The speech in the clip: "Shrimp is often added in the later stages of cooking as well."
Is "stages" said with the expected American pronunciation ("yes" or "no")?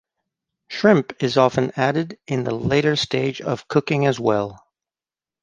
no